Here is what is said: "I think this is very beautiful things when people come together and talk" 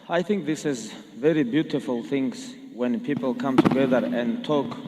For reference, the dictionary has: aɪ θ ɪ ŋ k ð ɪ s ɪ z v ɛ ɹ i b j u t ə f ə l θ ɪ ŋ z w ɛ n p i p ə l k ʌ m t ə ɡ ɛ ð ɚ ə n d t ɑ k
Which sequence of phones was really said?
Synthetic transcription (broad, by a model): aɪ θ ɪ ŋ k ð ɪ s ɪ z v ɛ ɹ i b j u t ə f ə l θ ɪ ŋ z w ɛ n p i p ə l k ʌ m t ə ɡ ɛ ð ɚ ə n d t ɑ k